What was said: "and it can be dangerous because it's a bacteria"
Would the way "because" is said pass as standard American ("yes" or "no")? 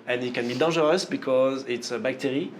yes